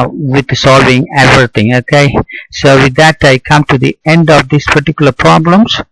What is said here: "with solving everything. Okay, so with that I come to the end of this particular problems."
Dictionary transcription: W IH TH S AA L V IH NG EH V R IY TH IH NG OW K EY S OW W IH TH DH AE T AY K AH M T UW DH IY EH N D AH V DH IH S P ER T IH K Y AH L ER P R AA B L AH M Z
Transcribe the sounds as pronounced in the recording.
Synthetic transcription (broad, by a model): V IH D S AA L V IH NG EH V R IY T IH NG OW K EY S OW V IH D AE T AY K AH M T UW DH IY EH N D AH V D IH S P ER T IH K Y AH L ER P R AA B L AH M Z